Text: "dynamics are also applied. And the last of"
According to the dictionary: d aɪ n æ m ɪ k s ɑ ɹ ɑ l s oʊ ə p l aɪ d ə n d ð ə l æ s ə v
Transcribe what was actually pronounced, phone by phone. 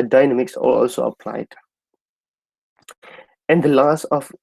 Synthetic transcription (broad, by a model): d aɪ n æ m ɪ k s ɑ l ɑ l s oʊ ə p l aɪ d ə n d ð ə l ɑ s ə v